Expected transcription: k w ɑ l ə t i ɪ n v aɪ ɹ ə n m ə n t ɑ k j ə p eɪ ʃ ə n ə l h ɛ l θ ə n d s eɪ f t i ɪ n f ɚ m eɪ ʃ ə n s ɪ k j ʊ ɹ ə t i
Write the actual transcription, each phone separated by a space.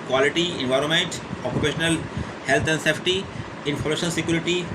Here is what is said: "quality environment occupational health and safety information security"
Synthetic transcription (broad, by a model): k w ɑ l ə t i ɪ n v aɪ ɹ ə n m ə n t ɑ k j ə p eɪ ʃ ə n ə l h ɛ l t ə n d s eɪ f t i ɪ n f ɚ m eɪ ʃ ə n s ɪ k j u ɹ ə t i